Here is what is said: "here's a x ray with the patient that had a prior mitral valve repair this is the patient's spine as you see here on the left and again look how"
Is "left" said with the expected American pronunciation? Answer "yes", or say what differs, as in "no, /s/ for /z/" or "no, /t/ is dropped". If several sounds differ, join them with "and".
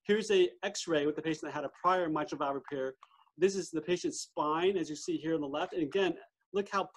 yes